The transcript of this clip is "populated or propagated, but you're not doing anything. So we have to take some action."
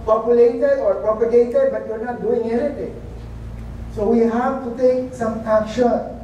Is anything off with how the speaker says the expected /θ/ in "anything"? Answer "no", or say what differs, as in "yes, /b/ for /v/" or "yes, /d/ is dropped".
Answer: yes, /t/ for /θ/